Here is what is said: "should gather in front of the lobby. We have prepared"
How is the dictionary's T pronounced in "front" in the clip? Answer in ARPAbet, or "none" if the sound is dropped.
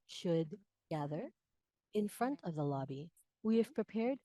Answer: T